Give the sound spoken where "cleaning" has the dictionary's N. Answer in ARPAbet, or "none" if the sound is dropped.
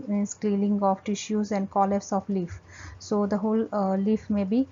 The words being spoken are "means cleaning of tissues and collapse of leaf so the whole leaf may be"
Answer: L